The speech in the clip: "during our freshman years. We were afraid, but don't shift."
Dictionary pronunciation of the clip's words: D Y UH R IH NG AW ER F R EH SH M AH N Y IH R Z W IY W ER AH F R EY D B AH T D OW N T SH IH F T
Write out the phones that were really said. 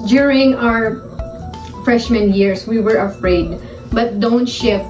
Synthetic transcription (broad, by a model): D Y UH R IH NG AW ER F R EH SH M AH N Y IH R S W IY W ER AH F R EY D B AH T D OW N T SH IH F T